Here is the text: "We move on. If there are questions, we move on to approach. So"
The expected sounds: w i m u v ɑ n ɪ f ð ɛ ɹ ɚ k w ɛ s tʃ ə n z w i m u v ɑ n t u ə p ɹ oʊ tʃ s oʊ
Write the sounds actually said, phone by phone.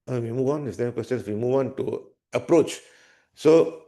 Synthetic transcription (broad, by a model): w i m u v ɑ n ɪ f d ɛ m k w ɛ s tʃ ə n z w i m u v ɑ n t u ə p ɹ oʊ tʃ s oʊ